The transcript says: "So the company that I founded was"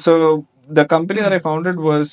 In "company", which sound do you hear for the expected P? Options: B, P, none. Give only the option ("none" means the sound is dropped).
P